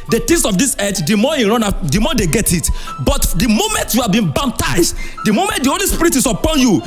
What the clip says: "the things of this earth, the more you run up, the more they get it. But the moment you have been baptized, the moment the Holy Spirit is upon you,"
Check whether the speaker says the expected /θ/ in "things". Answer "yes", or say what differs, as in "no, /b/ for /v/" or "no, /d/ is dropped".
no, /t/ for /θ/